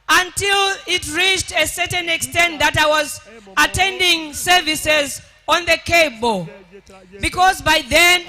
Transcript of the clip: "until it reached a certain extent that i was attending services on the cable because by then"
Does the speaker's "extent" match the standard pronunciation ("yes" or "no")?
yes